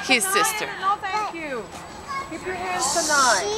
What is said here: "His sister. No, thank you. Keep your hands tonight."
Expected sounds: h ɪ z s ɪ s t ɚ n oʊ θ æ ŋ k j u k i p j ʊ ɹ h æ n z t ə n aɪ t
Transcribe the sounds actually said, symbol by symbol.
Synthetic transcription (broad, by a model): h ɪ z s ɪ s t ɚ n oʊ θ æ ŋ k j u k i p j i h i z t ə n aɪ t